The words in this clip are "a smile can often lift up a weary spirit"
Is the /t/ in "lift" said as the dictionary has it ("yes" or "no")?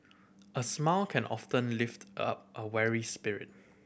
yes